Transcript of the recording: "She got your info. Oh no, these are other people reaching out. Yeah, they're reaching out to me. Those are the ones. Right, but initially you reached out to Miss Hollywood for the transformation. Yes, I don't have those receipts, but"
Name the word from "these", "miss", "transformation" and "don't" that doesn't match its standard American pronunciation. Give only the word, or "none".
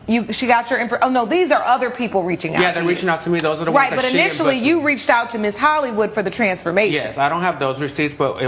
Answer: transformation